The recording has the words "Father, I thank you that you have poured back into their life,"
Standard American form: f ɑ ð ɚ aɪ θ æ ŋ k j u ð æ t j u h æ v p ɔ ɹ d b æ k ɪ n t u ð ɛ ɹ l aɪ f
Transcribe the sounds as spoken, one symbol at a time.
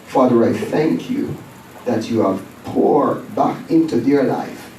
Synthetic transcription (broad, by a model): f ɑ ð ɚ aɪ θ æ ŋ k j u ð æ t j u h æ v p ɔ ɹ b æ k ɪ n t u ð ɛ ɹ l aɪ f